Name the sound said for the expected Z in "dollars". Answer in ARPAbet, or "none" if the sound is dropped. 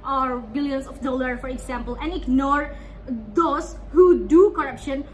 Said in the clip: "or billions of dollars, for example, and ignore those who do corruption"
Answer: none